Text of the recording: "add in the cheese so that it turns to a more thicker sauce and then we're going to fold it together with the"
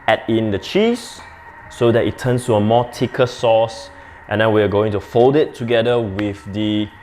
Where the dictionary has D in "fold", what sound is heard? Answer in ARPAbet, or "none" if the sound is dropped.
D